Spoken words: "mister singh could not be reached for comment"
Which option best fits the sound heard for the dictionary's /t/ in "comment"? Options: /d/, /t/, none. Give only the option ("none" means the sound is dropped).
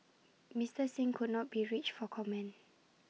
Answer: none